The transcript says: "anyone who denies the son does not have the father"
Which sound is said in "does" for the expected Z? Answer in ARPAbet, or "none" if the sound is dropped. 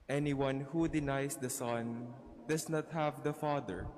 S